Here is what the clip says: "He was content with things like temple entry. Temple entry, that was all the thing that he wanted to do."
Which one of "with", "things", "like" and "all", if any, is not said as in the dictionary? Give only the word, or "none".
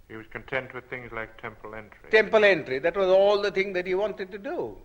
none